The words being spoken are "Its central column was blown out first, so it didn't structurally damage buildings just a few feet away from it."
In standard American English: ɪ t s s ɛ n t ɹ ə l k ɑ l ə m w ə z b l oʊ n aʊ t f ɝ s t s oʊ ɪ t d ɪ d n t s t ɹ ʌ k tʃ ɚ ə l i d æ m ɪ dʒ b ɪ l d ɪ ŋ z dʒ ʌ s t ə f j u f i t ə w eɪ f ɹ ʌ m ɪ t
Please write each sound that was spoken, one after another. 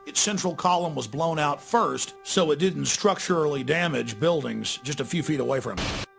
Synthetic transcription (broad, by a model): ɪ t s s ɛ n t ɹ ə l k ɑ l ə m w ə z b l oʊ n aʊ t f ɝ s t s oʊ ɪ t d ɪ d n t s t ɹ ʌ k tʃ ɚ l i d æ m ɪ dʒ b ɪ l d ɪ ŋ z dʒ ʌ s t ə f j u f i t ə w eɪ f ɹ ʌ m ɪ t